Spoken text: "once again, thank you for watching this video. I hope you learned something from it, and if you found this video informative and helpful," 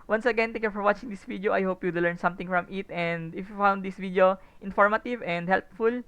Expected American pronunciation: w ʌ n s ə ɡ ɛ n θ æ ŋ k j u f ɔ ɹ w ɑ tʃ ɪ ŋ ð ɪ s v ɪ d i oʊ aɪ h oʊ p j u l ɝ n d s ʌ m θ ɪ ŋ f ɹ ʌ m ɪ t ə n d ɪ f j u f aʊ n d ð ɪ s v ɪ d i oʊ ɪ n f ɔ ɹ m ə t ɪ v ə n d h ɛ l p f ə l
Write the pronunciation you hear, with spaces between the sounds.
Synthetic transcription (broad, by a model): w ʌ n s ə ɡ ɛ n t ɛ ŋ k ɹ f ɔ ɹ w ɑ tʃ ɪ ŋ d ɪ s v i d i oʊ aɪ h oʊ p j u l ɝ n s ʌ m t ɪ ŋ f ɹ ʌ m ɪ t ə n d ɪ f j u f aʊ n d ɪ s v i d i oʊ ɪ n f ɔ ɹ m ə t ɪ v ə n d h ɛ l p f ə l